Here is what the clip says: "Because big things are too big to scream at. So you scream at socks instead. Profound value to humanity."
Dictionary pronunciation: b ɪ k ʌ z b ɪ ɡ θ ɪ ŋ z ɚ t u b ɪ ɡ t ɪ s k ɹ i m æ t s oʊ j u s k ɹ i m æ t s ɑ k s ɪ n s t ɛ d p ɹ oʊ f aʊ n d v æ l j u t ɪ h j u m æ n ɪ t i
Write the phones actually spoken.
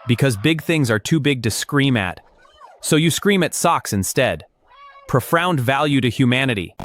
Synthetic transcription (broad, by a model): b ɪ k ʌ z b ɪ ɡ θ ɪ ŋ z ɚ t u b ɪ ɡ t ɪ s k ɹ i m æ t s oʊ j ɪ s k ɹ i m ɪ t s ɑ k s ɪ n s t ɛ d p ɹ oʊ f aʊ n d v æ l j u t ɪ h j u m æ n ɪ t i